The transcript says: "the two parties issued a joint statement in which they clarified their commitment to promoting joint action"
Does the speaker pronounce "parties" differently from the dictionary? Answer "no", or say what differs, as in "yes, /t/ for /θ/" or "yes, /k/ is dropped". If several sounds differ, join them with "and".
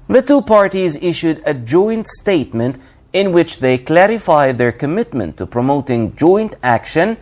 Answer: no